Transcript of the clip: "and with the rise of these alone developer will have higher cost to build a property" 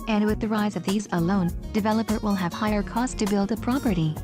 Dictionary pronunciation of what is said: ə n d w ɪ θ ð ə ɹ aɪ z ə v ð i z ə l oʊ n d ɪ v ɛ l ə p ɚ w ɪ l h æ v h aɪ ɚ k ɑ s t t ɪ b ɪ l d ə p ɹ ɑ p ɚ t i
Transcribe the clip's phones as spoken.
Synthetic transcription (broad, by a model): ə n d w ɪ ð ə ɹ aɪ z ə v ð i z ə l oʊ n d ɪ v ɛ l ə p ɚ w ɪ l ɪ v h aɪ ɚ k ɑ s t t ɪ b ɪ l d ə p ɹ ɑ p ɚ t i